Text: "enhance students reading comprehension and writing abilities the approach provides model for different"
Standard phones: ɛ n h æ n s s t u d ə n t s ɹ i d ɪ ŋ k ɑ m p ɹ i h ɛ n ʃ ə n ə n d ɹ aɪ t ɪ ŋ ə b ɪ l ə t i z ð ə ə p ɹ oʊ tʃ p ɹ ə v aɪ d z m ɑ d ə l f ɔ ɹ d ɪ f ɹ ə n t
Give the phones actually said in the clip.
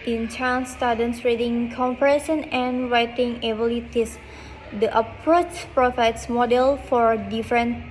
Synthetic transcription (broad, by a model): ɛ n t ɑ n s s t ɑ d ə n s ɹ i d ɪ ŋ k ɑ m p i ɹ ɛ ʃ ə n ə n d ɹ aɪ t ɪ ŋ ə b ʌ l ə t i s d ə ə p ɹ oʊ tʃ p ɹ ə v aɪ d s m ɑ d ə l f ɔ ɹ d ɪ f ɹ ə n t